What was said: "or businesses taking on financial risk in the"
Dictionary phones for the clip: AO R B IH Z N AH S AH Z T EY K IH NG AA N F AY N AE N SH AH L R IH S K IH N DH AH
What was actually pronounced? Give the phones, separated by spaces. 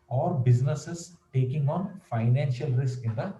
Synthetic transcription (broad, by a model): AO R B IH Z N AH S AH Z T EY K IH NG AA N F AY N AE N SH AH L R IH S K IH N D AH